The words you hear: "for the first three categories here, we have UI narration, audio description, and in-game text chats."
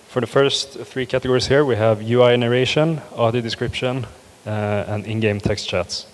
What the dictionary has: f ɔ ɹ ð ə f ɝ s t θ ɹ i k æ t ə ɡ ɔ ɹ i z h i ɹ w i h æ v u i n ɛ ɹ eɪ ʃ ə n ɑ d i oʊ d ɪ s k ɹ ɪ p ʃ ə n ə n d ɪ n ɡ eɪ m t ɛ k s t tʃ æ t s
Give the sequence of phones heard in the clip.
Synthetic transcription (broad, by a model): f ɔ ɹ ð ə f ɝ s t θ ɹ i k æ t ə ɡ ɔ ɹ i s h i ɹ w i h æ v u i n ɛ ɹ eɪ ʃ ə n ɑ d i d ɪ s k ɹ ɪ p ʃ ə n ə n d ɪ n ɡ eɪ m t ɛ k s t tʃ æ t s